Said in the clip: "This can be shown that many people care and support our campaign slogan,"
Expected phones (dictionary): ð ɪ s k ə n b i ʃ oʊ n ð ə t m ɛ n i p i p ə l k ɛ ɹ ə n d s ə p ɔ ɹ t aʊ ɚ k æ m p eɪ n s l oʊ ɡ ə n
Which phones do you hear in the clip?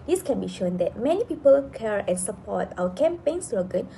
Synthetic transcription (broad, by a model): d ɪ s k ə n b i ʃ oʊ n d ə t m ɛ n i p i p ə l k ɛ ɹ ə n s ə p ɔ t aʊ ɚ k æ m p eɪ n s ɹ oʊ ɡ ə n